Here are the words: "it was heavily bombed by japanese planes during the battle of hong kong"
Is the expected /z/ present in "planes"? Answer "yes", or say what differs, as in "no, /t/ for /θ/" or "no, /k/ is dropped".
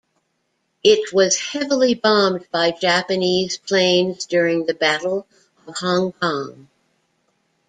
yes